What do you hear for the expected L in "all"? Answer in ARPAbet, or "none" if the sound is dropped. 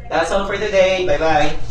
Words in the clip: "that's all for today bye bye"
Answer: N